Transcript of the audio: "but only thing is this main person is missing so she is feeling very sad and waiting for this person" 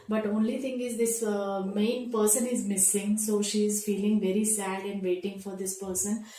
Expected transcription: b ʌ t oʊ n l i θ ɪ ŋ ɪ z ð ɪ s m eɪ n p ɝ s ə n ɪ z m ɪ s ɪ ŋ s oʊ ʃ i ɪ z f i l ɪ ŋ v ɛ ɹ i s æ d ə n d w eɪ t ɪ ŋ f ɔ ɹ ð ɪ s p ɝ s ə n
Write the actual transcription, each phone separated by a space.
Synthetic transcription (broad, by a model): b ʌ t oʊ n l i t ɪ ŋ ɪ z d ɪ s m eɪ n p ɝ s ə n ɪ z m ɪ s ɪ ŋ s oʊ ʃ i ɪ z f i l ɪ ŋ v ɛ ɹ i s æ d ə n d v eɪ t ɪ ŋ f ɔ ɹ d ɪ s p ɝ s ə n